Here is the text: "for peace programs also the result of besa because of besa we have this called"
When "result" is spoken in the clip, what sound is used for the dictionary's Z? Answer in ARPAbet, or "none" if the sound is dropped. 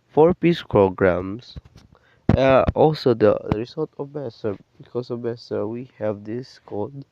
S